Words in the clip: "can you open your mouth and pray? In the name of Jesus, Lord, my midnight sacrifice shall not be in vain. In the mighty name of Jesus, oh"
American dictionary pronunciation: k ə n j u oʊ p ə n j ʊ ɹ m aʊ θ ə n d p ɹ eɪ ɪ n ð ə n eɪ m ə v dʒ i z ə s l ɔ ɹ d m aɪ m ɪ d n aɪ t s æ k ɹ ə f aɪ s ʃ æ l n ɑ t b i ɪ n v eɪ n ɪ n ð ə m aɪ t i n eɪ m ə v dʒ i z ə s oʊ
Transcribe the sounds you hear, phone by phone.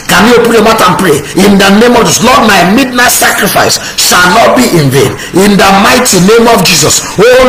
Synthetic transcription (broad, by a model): k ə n j u oʊ p ə n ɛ m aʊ t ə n p ɹ eɪ ɪ n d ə n eɪ m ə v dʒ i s l ɔ d m aɪ m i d n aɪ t s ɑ k ɹ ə f aɪ s ʃ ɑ l n ɑ t b i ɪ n v eɪ n ɪ n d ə m aɪ t i n eɪ m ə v dʒ i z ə s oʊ